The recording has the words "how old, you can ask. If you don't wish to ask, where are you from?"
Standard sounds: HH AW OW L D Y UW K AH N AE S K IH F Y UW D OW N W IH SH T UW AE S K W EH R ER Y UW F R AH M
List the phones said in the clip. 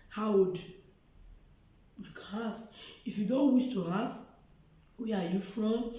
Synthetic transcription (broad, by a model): HH AW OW D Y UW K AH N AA S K IH F Y UW D OW N W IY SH T UW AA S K W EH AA Y UW F R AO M